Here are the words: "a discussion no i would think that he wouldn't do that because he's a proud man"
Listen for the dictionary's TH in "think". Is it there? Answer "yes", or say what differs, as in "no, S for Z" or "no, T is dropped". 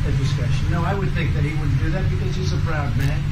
yes